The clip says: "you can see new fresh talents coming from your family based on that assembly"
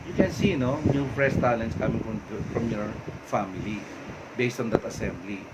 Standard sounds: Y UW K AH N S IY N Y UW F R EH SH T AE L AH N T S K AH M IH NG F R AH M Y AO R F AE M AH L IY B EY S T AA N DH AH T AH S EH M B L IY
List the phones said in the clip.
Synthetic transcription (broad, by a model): Y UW K AH N S IY N Y UW P R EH S T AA L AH N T S K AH M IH NG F R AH M Y AO R F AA M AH L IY B EY S T AA N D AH T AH S EH M B L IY